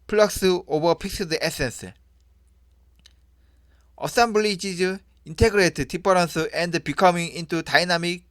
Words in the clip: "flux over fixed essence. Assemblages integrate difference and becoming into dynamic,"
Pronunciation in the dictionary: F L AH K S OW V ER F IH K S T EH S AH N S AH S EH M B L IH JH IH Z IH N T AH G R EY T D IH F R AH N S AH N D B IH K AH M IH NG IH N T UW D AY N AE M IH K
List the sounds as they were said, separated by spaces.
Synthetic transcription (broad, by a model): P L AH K S OW B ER P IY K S T EH S AH N S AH S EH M B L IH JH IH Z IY N T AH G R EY T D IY P R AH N S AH N D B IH K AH M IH NG IH N T UW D AY N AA M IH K